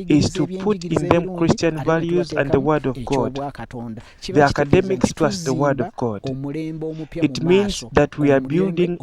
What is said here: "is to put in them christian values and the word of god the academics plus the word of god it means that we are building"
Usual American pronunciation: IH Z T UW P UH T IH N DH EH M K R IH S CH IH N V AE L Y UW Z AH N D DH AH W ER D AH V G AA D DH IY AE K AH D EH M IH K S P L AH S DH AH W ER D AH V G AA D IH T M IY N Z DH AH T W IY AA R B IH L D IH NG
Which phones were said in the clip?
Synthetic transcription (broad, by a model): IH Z T UW P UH T IH N DH EH M K R IH S CH IH N V AE L Y UW Z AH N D DH AH W ER D AH V G AA D DH IY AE K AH D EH M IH K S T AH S DH AH W ER D AH V G AA D IH T M IY N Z DH AH T W IY AA R B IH L D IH NG